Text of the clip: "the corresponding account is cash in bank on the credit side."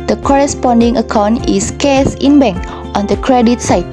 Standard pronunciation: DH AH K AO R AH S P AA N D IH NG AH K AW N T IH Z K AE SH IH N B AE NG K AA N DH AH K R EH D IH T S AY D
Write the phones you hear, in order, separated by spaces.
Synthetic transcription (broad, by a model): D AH K AO R AH S P AA N D IH NG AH K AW N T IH S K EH S IH N B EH NG K AA N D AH K R EH D IH T S AY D